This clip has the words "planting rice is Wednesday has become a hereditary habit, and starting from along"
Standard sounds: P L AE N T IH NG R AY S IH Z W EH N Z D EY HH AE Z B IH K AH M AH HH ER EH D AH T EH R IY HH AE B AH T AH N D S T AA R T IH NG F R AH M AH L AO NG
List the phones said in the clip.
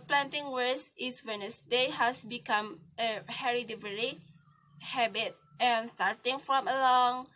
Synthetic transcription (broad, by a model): P L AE N T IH NG W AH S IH S W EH N S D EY HH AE S B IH K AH M AH HH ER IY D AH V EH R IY HH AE B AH T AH N S T AA R T IH NG F R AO M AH L AO NG